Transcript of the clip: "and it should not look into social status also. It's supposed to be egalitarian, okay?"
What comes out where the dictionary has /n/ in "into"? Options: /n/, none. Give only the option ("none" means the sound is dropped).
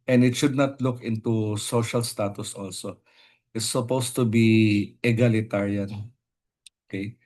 /n/